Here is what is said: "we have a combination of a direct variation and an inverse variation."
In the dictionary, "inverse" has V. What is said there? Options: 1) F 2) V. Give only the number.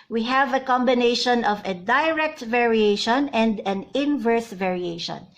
2